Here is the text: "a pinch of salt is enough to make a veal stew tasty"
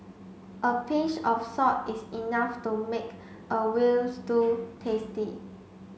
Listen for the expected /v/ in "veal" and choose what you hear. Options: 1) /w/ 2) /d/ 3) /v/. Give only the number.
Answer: 1